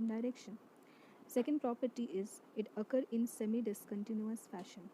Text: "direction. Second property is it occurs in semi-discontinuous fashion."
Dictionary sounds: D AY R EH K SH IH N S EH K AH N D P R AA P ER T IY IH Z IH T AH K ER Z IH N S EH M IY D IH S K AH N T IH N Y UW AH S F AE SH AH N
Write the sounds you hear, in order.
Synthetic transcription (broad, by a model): D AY R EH K SH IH N S EH K AH N D P R AA P ER T IY IH Z IH T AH K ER IH N S EH M IY D IH S K AH N T IH N Y UW AH S F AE SH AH N